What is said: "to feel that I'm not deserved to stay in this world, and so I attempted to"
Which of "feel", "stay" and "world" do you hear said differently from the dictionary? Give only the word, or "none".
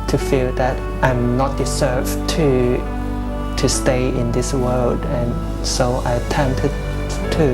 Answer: none